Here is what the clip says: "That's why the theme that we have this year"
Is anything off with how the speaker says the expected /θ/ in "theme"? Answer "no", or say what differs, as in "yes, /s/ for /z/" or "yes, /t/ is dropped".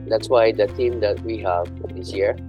yes, /t/ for /θ/